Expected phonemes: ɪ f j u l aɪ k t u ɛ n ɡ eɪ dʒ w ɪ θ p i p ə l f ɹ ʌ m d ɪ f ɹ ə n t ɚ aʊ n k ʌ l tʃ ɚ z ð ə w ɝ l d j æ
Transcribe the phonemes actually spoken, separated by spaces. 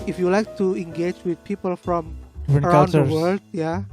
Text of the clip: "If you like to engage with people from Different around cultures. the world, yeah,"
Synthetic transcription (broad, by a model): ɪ f j u l aɪ k t u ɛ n ɡ eɪ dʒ w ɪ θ p i p ə l f ɹ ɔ m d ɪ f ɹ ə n ɚ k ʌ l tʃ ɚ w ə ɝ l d j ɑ